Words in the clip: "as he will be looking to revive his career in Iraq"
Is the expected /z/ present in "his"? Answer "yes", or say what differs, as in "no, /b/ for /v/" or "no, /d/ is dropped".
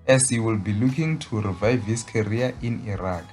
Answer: no, /s/ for /z/